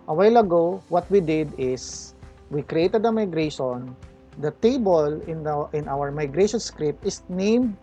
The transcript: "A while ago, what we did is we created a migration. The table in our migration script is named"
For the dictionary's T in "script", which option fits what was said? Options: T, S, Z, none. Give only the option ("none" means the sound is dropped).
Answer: T